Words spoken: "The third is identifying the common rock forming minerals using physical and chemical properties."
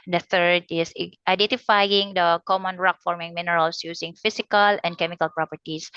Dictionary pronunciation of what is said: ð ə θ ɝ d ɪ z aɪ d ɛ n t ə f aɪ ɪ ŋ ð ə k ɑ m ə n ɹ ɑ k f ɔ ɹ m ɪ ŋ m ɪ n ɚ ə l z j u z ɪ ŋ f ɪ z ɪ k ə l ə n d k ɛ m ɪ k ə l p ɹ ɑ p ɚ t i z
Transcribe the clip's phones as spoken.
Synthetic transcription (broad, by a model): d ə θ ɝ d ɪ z aɪ d ɛ n t ə f aɪ ɪ ŋ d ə k ɑ m ə n ɹ ɑ k f ɔ ɹ m ɪ ŋ m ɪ n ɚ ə l s j u s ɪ ŋ f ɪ s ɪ k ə l ə n d k ɛ m ɪ k ə l p ɹ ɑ p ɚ t i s